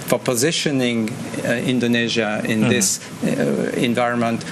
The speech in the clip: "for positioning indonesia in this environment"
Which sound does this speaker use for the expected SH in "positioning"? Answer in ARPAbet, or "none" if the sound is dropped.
SH